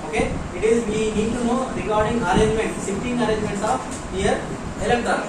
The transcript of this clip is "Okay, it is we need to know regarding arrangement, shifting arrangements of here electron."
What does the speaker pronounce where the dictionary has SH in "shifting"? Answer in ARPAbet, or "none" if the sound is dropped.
S